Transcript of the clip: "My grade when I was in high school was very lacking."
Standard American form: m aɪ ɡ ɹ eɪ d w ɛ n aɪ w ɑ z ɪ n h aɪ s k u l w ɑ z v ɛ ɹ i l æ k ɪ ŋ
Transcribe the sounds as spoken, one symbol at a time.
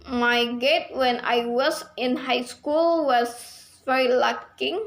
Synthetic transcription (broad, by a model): m aɪ ɡ eɪ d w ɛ n aɪ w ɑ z ɪ n h aɪ s k u l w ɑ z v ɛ ɹ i l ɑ k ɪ ŋ